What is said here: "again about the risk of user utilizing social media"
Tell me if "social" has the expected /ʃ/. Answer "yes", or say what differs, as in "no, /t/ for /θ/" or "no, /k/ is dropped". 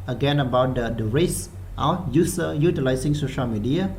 yes